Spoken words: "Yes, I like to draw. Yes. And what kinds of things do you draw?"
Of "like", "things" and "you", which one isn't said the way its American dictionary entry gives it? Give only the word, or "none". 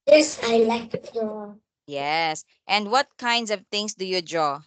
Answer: things